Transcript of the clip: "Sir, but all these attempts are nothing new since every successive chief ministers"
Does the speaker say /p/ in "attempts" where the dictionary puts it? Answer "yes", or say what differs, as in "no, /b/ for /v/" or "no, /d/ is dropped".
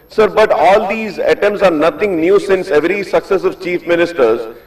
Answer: no, /p/ is dropped